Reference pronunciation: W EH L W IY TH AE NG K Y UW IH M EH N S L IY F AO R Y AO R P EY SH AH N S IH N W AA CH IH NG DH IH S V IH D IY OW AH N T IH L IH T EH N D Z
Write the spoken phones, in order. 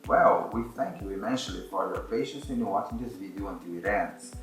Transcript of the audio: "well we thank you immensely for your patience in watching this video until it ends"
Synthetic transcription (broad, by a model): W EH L W IY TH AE NG K Y UW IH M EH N SH L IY F AO R Y AO R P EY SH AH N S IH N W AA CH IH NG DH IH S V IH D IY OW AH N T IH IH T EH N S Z